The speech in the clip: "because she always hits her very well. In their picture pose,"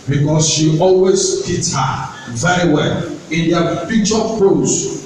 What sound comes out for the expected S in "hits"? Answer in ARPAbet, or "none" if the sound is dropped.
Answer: none